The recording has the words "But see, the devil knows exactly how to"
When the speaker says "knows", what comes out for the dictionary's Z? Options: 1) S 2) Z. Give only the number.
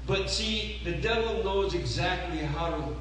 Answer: 2